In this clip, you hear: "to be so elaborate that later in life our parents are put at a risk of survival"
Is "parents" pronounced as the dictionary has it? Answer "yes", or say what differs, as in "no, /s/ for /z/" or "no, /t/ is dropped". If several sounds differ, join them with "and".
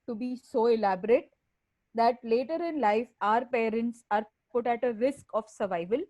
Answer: yes